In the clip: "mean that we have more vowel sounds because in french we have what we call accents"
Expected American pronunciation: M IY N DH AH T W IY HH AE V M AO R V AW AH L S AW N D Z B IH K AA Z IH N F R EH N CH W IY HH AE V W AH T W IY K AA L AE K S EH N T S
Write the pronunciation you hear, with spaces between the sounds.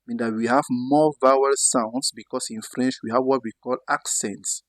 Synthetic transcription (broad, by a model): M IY N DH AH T W IY HH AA V M AO V AW AH L S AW N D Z B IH K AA S IH N F R EH N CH W IY HH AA V W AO T W IY K AA L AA K S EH N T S